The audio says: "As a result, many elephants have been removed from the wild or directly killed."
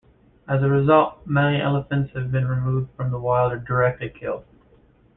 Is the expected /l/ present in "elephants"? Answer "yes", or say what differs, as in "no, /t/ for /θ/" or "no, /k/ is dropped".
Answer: yes